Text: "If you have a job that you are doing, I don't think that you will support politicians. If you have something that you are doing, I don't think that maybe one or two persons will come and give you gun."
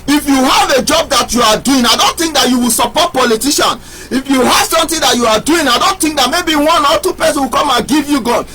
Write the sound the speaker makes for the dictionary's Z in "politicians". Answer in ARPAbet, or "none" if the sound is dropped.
none